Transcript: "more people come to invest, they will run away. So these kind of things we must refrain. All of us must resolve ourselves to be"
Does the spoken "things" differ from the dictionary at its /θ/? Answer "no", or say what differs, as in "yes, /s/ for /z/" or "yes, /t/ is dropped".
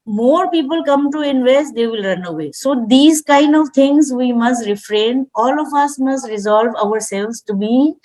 yes, /t/ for /θ/